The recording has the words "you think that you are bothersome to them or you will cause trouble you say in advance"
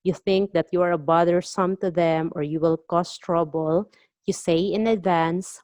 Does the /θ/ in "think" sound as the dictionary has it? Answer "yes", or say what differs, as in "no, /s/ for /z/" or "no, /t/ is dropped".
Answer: yes